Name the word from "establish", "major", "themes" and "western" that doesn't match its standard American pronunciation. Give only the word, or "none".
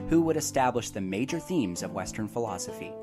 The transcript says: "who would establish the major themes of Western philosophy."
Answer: none